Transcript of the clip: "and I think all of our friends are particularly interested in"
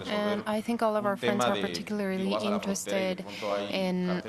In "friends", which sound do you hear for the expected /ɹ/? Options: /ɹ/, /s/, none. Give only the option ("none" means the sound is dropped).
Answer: /ɹ/